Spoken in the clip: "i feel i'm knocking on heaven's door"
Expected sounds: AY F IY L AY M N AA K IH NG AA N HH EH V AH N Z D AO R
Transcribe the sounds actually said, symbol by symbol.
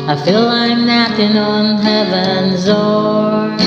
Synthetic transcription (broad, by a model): AY F IY L AY M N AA IH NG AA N HH EH V AH N Z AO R